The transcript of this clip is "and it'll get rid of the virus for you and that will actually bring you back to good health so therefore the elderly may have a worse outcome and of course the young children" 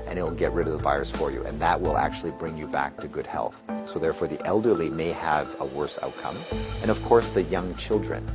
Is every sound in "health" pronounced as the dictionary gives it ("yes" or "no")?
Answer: yes